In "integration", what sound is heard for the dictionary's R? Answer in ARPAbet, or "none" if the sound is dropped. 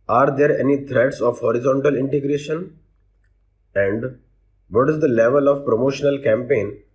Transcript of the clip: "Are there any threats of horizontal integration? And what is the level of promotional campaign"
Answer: R